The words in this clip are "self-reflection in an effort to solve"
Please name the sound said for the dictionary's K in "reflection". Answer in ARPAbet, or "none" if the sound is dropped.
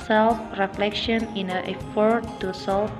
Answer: K